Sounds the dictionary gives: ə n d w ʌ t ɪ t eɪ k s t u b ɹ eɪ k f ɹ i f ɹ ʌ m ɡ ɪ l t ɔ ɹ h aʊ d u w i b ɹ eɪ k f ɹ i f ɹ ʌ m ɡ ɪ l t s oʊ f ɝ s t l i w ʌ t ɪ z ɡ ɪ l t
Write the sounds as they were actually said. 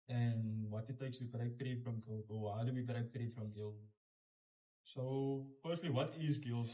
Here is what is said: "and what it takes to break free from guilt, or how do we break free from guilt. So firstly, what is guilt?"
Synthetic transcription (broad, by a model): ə n w ʌ t ɪ t eɪ k s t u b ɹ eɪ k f ɹ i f ɹ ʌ m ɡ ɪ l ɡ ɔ l h aʊ d u w i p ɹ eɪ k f ɹ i f ɹ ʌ m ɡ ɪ l s oʊ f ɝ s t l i w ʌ t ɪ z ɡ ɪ l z